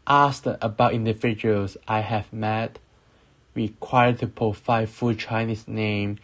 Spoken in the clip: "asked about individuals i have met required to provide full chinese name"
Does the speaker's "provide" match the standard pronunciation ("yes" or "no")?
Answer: no